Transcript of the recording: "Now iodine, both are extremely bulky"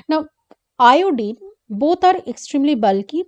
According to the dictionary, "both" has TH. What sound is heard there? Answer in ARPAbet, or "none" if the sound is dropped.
T